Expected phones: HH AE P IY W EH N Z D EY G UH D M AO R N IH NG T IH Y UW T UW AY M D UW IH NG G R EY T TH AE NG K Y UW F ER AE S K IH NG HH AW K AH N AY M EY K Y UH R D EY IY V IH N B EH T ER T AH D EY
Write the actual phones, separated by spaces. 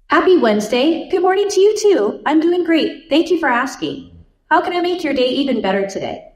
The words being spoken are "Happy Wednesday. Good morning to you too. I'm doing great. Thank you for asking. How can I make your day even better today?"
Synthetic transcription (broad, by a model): HH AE P IY W EH N Z D EY G UH D M AO R N IH NG T IH Y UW T UW AY M D UW IH NG G R EY T TH AE NG K Y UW F ER AE S K IH NG HH AW K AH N AY M EY K Y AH R D EY IY V IH N B EH T ER T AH D EY